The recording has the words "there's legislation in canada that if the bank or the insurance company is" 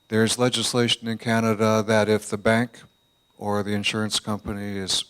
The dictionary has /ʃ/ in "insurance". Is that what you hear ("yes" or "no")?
yes